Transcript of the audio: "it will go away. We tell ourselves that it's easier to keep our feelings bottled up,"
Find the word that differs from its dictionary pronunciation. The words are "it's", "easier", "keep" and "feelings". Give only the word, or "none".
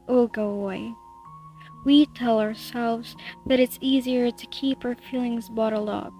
none